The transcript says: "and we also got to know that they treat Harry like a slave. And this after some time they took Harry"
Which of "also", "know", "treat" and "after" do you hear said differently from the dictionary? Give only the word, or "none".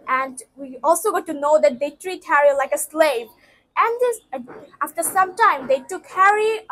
none